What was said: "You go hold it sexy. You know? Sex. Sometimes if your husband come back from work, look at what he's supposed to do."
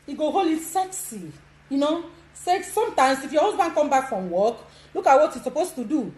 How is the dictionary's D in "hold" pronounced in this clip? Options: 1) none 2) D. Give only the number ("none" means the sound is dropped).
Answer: 1